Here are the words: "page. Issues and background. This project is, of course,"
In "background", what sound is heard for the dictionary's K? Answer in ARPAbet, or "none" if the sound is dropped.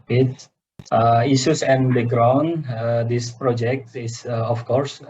none